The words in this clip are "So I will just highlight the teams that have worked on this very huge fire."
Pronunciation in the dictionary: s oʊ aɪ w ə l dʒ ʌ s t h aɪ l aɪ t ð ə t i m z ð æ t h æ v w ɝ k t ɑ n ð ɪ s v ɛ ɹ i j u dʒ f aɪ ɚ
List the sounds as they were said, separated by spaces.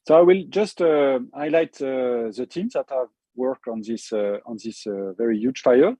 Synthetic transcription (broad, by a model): s oʊ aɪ w ə l dʒ ʌ s t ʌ aɪ l aɪ t ð ə t i m z ð æ t h æ v w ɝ k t ɑ n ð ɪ s v ɛ ɹ i j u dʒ f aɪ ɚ